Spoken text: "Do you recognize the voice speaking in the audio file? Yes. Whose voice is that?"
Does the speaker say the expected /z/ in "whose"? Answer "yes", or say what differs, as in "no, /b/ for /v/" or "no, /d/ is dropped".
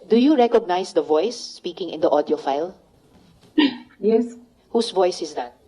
no, /s/ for /z/